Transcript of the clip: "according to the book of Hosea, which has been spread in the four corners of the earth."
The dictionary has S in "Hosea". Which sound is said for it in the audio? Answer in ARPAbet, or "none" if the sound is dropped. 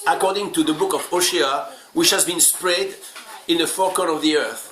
SH